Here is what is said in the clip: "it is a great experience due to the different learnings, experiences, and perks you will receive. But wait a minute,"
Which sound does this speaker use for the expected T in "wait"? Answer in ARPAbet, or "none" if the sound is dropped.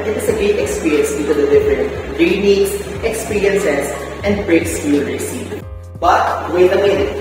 none